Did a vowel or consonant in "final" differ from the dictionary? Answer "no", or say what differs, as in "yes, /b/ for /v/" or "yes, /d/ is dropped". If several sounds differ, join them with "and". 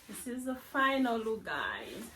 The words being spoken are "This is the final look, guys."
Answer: no